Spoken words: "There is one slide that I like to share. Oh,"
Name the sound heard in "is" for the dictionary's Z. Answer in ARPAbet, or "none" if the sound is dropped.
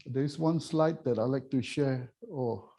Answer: S